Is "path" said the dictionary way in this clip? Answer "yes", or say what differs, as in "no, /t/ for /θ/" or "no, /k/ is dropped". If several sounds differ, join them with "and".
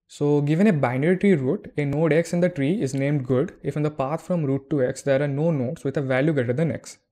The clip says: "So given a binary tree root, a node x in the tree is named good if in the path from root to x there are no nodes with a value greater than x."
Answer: no, /t/ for /θ/